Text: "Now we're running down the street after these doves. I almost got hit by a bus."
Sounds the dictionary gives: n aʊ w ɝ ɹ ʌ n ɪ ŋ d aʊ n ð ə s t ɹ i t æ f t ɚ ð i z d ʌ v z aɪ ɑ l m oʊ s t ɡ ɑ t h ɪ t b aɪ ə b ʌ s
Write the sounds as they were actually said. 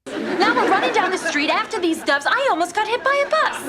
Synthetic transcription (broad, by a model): n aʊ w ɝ ɹ ʌ n ɪ ŋ d aʊ n ð ə s t ɹ i t æ f t ɚ ð i z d ʌ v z aɪ ɑ l m oʊ s t ɡ ɑ t h ɪ t b aɪ ə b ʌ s